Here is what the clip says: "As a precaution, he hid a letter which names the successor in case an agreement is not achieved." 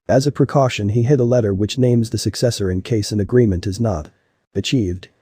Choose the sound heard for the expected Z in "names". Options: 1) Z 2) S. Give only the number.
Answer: 1